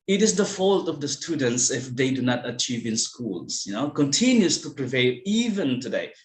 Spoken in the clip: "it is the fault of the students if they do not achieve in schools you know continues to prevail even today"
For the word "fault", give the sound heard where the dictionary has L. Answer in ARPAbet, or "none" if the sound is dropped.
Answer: L